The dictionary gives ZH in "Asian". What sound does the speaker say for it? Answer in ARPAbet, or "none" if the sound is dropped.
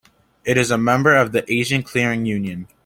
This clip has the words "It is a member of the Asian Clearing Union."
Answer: ZH